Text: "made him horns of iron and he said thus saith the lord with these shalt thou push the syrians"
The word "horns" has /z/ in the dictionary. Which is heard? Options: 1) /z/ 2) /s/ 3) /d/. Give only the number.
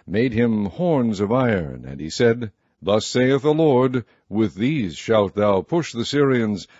1